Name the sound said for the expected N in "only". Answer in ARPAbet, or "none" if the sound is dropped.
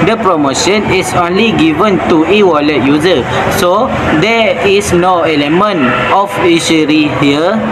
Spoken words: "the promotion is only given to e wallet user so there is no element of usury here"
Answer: N